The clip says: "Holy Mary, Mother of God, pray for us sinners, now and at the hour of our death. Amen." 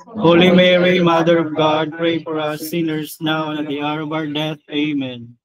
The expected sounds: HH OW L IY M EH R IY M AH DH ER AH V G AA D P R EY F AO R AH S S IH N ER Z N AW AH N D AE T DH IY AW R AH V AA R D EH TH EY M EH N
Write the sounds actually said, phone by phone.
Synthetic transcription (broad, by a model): HH OW L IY M EH R IY M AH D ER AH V G AA D P R EY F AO R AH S S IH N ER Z N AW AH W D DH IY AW R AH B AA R D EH T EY M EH N